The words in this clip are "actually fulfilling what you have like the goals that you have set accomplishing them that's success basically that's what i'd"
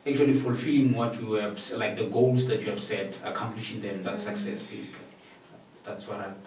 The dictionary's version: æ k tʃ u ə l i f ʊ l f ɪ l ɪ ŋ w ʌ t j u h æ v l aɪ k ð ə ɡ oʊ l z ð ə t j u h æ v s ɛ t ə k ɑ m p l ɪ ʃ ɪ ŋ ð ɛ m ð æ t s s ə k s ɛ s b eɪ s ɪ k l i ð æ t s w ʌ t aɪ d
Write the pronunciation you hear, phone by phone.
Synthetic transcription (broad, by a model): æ k tʃ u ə l i f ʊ l f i l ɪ ŋ w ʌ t j u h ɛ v l aɪ k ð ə ɡ oʊ l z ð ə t j u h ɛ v s ɛ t ə k ɑ m p l ɪ ʃ ɪ ŋ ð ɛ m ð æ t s s ə k s ɛ s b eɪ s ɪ k l i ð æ t s w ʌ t aɪ